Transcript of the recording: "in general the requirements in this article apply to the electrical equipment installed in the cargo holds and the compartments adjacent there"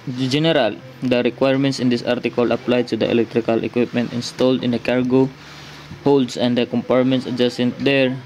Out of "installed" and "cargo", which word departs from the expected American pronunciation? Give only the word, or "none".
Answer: none